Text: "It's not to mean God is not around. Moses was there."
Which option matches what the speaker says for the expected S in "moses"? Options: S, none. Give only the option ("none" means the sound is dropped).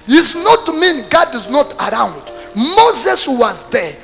S